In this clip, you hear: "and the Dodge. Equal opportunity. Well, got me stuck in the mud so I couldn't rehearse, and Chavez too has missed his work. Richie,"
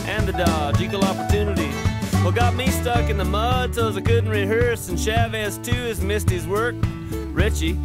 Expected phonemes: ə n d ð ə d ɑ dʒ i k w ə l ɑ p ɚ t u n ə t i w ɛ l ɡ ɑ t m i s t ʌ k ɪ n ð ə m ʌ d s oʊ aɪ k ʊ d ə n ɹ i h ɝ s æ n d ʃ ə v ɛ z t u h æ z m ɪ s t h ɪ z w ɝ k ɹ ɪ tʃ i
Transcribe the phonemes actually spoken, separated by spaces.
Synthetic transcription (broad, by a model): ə n ð ə d ɑ dʒ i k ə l ɑ p ɚ t u n ə t i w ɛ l ɡ ɑ t m i s t ʌ k ɪ n ð ə m ʌ d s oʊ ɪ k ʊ d n ɹ i h ɝ s n ʃ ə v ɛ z t u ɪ z m ɪ s t h ɪ z w ɝ k ɹ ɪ tʃ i